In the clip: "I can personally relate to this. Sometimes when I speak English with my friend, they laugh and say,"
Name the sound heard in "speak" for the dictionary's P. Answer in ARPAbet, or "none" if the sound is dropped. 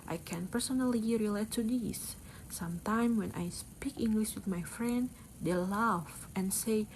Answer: P